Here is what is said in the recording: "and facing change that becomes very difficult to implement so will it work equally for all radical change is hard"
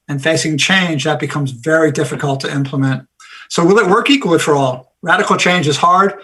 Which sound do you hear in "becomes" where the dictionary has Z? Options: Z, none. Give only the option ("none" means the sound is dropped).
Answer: Z